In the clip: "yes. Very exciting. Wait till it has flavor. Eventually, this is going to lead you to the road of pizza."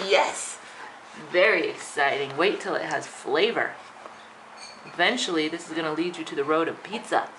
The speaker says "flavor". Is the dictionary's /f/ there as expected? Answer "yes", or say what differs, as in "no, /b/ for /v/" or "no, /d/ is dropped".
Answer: yes